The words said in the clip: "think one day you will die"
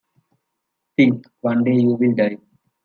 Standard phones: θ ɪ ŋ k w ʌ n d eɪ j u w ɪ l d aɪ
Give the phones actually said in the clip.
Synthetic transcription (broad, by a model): t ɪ ŋ k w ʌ n d eɪ j u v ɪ l d aɪ